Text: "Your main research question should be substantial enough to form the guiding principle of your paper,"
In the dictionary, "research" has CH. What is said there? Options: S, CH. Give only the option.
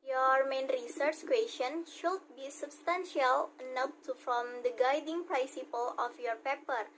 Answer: CH